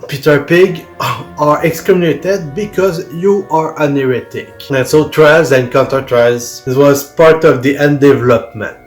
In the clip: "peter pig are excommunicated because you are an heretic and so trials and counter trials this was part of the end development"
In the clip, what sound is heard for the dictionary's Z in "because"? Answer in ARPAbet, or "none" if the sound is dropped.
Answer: Z